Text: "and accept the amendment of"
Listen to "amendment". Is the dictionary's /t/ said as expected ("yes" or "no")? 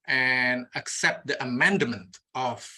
yes